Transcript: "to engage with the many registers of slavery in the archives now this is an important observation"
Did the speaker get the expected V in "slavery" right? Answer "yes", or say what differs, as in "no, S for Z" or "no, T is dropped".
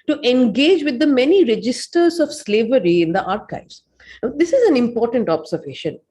yes